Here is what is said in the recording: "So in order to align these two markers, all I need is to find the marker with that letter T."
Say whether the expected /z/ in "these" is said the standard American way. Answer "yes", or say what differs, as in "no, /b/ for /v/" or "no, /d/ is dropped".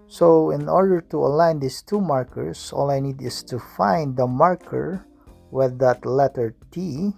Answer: no, /s/ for /z/